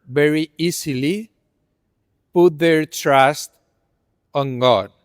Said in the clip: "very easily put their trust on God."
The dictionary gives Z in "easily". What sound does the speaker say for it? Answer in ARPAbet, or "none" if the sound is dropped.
S